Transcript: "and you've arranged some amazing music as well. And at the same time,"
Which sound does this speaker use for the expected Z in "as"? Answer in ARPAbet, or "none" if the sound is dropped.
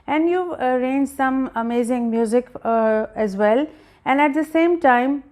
Z